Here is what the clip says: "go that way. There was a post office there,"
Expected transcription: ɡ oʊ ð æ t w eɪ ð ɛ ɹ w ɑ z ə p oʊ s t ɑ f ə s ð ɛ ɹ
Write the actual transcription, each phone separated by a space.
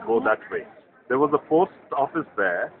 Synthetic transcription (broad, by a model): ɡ oʊ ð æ t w eɪ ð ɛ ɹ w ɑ z ə f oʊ s t ɑ f ə s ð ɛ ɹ